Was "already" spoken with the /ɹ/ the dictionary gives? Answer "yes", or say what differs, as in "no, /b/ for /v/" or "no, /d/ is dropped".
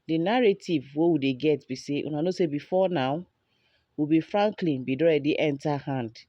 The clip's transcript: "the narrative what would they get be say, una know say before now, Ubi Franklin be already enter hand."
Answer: no, /ɹ/ is dropped